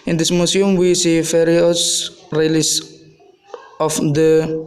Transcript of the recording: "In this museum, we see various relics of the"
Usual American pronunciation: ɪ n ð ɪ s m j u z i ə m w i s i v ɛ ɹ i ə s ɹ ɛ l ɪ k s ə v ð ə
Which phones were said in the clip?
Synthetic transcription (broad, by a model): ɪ n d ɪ s m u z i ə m w i s i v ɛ ɹ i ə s ɹ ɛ l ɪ s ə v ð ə